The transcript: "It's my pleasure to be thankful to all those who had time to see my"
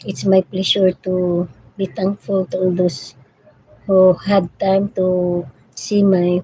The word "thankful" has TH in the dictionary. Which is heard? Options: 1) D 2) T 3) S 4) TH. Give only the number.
2